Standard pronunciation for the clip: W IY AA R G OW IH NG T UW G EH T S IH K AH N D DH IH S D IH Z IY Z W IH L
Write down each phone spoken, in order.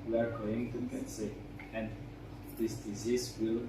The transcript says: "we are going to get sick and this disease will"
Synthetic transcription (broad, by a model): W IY AA R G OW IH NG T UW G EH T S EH AH N D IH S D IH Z IY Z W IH L